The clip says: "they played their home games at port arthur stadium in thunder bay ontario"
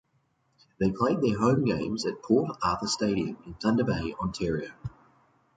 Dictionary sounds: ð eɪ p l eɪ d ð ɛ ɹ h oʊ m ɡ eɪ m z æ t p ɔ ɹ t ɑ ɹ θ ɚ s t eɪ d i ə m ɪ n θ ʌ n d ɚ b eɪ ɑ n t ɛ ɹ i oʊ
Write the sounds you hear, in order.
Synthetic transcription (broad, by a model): ð eɪ p l eɪ d ð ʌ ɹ h oʊ m ɡ eɪ m z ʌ t p ɔ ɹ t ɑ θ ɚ s t eɪ d i ə m ɪ n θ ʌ n d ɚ b eɪ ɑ n t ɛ ɹ i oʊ